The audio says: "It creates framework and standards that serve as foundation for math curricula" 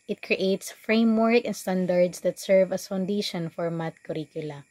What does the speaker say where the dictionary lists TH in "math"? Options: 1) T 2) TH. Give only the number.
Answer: 1